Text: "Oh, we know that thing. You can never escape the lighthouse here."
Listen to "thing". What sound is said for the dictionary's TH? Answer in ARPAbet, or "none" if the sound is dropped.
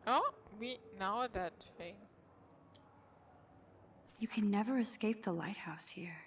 T